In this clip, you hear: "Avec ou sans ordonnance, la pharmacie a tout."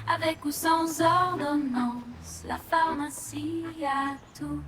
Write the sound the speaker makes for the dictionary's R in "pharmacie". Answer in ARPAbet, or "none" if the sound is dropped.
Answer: L